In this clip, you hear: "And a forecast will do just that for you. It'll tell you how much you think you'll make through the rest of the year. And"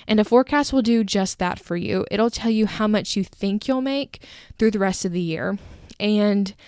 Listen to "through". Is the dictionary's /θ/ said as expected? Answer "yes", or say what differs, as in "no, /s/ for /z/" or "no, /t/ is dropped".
yes